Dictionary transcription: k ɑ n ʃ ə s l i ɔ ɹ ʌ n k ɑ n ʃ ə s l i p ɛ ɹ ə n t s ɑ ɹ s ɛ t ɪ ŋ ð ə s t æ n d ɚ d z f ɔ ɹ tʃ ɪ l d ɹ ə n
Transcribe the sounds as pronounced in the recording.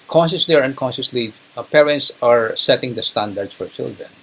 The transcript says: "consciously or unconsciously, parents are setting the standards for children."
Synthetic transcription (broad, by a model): k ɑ n ʃ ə s l i ɔ ɹ ʌ n k ɑ n ʃ ə s l i p ɛ ɹ ə n t s ɑ ɹ s ɛ t ɪ ŋ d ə s t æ n d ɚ d s f ɔ ɹ tʃ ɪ l d ɹ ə n